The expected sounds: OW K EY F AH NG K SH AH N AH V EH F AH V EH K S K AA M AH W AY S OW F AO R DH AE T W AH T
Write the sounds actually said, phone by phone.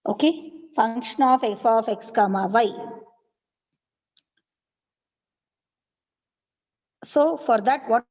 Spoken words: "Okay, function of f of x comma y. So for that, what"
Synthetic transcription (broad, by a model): OW K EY F AH NG K SH AH N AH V EH F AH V EH K S K AA M AH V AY S OW F AO R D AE T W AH